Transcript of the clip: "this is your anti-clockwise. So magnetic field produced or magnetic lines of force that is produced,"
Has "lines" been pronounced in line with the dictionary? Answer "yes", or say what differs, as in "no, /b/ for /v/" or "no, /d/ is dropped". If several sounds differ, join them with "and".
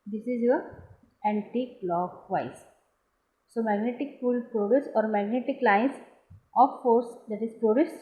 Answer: no, /s/ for /z/